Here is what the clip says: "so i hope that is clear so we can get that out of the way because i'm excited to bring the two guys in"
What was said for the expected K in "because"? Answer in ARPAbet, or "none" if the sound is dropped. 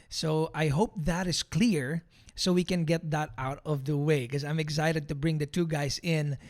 none